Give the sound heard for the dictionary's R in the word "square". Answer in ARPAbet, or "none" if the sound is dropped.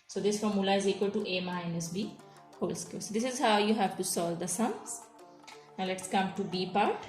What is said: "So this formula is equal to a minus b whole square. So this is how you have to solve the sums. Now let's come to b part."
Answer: L